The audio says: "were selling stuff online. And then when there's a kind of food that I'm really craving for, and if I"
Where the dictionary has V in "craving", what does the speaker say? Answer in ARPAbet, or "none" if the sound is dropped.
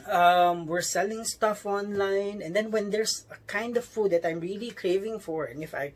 V